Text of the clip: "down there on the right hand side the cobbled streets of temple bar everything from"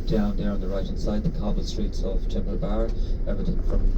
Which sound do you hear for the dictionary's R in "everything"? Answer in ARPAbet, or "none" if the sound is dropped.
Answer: none